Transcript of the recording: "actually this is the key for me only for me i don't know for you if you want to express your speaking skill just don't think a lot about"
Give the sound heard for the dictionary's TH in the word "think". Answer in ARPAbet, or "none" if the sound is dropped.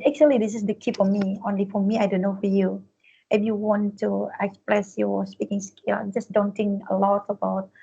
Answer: T